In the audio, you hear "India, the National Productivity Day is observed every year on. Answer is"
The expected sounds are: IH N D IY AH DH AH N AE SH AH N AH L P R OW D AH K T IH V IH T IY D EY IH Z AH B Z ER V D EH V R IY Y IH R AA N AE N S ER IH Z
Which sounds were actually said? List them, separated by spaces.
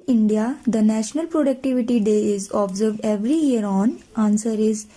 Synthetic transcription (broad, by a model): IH N D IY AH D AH N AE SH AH N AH L P R OW D AH K T IH V IH T IY D EY IH Z AH B Z ER V D EH V R IY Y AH R AA N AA N S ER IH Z